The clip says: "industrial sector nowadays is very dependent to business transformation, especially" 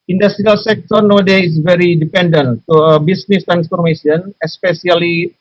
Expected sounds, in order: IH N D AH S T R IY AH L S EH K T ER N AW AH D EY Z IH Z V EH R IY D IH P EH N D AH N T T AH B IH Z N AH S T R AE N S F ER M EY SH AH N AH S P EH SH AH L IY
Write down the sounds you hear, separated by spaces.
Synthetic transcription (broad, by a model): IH N D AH S T R IY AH L S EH K T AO N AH D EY IH S V EH R IY D IH P EH N D AH N T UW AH B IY S N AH S T R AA N S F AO M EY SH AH N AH S P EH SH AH L IY